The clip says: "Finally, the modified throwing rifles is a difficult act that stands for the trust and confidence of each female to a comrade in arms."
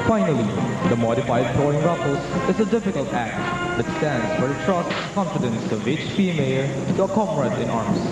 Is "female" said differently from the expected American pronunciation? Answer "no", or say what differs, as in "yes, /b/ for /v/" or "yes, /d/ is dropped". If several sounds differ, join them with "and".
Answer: yes, /p/ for /f/